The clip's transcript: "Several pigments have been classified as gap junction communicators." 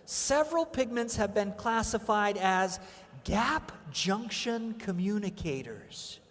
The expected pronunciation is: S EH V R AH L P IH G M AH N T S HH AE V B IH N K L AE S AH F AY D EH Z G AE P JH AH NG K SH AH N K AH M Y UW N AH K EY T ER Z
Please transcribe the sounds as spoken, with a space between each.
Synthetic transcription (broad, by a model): S EH V R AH L P IH G M AH N T S HH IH V B IH N K L AE S AH F AY D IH Z G AE P JH AH NG K SH AH N K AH M Y UW N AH K EY T ER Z